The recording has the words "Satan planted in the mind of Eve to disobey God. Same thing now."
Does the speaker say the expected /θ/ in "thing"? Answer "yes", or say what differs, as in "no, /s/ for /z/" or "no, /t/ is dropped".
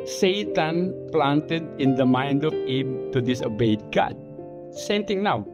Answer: no, /t/ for /θ/